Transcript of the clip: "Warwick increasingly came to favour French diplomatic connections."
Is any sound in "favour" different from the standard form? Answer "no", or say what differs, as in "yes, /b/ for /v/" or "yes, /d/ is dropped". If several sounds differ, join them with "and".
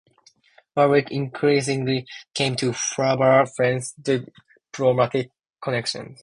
yes, /b/ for /v/